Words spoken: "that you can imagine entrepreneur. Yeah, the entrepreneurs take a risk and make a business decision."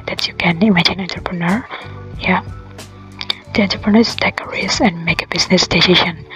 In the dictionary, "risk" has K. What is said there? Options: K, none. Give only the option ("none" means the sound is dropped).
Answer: none